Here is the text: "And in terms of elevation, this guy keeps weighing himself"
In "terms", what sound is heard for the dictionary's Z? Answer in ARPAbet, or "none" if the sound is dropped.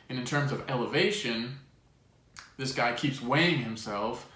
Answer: Z